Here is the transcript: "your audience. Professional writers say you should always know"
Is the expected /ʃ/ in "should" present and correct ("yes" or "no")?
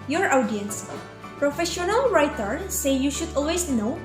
yes